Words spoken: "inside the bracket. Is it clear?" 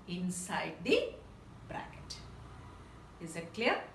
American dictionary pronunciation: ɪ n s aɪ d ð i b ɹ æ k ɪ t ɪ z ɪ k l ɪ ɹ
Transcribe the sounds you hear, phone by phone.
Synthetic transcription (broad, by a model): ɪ n s aɪ d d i b ɹ æ k ɪ t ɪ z ɪ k l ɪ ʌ